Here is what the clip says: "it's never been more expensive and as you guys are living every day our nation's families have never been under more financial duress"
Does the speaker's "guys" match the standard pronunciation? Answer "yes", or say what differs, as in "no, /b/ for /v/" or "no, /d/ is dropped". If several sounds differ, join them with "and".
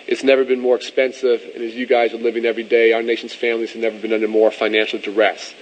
yes